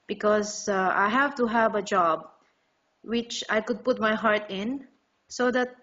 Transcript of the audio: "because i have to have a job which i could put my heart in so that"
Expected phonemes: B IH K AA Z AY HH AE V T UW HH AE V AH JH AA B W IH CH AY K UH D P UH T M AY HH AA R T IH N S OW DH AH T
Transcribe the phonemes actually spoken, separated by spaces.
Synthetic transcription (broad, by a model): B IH K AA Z AY HH AE V T UW HH AE V AH JH AA B W IH CH AY K UH D P UH T M AY HH AA R T IH N S OW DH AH T